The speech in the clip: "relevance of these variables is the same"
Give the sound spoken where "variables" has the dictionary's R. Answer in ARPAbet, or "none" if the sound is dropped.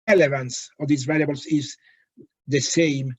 L